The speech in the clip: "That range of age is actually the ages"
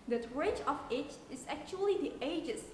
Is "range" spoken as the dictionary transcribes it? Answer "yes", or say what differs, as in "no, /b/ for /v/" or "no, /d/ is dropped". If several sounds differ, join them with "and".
no, /n/ is dropped